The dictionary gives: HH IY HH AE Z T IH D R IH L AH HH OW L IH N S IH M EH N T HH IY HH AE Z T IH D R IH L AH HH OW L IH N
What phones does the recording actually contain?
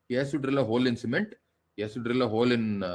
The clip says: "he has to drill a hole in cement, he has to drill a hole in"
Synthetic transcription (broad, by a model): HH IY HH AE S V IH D R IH L AH HH OW L IH N S IH M EH N T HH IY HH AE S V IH D R IH L AH HH OW L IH N